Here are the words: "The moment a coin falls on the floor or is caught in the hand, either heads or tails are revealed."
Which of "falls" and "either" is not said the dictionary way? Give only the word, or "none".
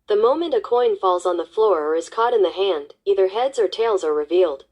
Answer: none